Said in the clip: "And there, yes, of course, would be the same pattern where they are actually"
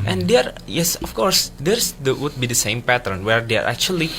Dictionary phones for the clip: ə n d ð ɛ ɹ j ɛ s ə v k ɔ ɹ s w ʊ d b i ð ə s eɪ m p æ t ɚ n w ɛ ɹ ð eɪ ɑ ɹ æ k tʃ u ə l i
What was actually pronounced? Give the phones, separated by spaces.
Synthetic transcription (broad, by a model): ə n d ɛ ɹ j ɛ s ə f k ɔ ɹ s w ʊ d b i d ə s eɪ m p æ t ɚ n w ɛ ɹ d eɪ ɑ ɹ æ k tʃ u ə l i